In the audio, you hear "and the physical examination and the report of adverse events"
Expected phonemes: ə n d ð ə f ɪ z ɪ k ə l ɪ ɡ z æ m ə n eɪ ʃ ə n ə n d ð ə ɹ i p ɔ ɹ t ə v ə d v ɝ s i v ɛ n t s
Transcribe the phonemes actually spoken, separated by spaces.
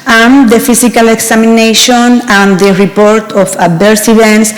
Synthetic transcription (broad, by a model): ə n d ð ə f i s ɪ k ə l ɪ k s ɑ m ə n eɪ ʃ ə n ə n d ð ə ɹ i p ɔ ɹ t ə f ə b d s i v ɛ n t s